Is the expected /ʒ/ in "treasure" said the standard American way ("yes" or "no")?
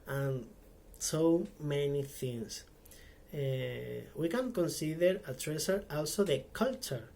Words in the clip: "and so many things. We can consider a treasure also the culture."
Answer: no